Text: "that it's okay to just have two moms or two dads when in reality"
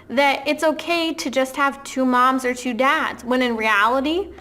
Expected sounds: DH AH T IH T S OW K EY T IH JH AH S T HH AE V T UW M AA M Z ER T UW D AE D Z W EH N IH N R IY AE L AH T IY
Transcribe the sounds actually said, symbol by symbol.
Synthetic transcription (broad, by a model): DH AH T IH T S OW K EY T IH JH AH S T HH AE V T UW M AA M Z ER T UW D AE D Z W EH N IH N R IY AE L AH T IY